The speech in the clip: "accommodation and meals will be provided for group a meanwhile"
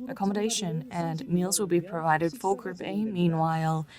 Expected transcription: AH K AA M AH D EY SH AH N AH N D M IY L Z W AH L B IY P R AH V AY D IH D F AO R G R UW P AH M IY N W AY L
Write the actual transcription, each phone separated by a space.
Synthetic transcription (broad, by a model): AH K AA M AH D EY SH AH N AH N M IY L Z W AH L B IY P R AH V AY D IH D F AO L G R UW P AH M IY N W AY L